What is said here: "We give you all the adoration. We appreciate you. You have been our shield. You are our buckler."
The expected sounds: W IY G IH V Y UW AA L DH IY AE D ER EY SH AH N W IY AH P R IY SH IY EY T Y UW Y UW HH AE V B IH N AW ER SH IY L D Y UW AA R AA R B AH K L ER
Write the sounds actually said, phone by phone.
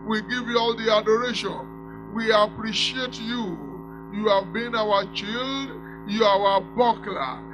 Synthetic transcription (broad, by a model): W IY G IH V Y UW AA L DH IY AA D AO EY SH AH N W IY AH P R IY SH IY EY T Y UW Y UW HH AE V B IH N AW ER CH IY L D Y UW AA W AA B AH K L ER